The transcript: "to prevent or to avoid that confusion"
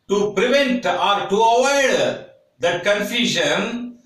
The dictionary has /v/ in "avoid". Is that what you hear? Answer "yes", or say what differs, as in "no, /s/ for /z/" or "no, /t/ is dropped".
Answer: no, /w/ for /v/